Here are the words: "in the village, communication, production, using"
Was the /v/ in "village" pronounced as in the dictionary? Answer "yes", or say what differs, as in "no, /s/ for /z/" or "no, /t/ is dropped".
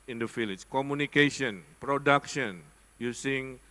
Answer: no, /f/ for /v/